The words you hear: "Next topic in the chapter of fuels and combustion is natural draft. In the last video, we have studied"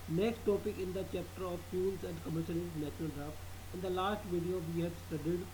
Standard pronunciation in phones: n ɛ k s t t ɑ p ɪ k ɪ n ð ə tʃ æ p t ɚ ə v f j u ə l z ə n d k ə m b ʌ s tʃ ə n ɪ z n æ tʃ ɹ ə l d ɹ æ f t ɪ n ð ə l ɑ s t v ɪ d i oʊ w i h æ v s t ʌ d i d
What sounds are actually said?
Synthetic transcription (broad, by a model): n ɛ k s t t ɑ p ɪ k ɪ n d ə tʃ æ p t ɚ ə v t j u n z ə n d k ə m ʌ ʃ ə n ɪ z n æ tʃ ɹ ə l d ɹ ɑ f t ɪ n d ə l ɑ s t v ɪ d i oʊ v i h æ b s t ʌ d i d